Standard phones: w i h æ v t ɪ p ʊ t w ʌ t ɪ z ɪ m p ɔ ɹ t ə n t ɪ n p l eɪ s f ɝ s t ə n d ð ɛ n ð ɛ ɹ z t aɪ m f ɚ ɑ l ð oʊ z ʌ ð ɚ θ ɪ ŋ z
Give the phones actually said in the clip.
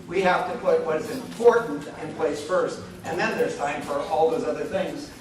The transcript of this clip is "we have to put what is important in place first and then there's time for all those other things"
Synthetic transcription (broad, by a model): w i h æ f t ɪ p ʊ t w ʌ t ɪ z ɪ m p ɔ ɹ t n t ɪ n p l eɪ s f ɝ s t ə n ð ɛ n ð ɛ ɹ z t aɪ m f ɚ ɑ l ð oʊ z ʌ ð ɚ θ ɪ ŋ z